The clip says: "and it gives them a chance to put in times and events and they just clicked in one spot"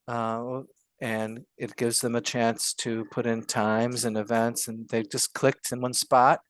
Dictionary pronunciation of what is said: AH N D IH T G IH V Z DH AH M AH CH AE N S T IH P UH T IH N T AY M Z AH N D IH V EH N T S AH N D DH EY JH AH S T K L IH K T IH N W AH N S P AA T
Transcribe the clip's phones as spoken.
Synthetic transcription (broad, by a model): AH N IH T G IH V Z DH AH M AH CH AE N S T IH P UH T IH N T AY M Z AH N IH V EH N T S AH N DH EY JH AH S K L IH K T IH N W AH N S P AA T